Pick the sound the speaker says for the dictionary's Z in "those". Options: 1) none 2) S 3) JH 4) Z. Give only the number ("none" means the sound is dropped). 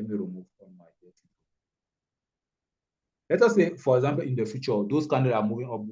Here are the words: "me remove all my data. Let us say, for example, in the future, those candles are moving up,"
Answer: 2